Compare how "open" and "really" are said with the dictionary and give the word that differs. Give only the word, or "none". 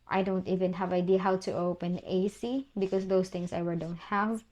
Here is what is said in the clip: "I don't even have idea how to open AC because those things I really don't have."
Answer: really